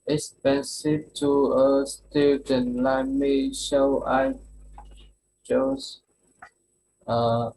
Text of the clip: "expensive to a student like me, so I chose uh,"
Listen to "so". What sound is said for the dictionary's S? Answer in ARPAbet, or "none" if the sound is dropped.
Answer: SH